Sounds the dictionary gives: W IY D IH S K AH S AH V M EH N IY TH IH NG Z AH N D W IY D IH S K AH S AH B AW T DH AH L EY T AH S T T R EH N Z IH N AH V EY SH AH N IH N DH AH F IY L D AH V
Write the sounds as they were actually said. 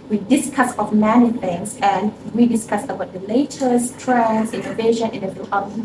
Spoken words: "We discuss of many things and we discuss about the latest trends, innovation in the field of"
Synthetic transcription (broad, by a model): W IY D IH S K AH S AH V M EH N IY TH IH NG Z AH N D W IY D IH S K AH S AH B AW T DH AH L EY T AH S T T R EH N IH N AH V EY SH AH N IH N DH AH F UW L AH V